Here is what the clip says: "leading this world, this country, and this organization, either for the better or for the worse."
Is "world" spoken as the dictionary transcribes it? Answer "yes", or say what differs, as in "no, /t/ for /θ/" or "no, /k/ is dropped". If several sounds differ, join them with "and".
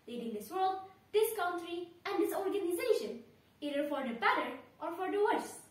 yes